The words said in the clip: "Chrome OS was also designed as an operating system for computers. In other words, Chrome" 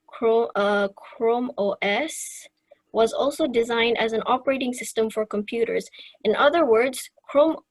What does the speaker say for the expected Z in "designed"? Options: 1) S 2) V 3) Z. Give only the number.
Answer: 3